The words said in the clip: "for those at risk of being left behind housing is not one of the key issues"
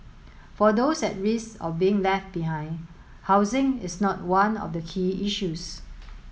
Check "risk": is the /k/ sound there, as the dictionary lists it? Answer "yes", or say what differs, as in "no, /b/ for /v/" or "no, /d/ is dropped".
no, /k/ is dropped